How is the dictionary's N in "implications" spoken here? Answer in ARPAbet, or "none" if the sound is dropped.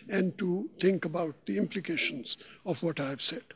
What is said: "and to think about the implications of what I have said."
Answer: N